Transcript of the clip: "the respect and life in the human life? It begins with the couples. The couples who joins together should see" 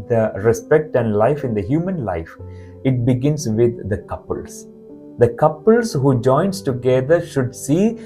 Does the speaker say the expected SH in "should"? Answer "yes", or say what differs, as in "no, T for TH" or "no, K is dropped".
yes